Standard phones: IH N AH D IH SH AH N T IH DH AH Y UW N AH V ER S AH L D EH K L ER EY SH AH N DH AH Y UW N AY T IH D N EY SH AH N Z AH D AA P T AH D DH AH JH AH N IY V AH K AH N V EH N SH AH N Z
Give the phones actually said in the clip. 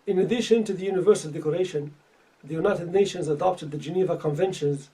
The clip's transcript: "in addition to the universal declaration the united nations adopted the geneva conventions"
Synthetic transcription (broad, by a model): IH N AH D IH SH AH N T IH DH AH Y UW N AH V ER S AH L D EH K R EY SH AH N DH AH Y UW N AY T IH D N EY SH AH N Z AH D AA P T AH D DH AH JH AH N IY V AH K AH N V EH N SH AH N Z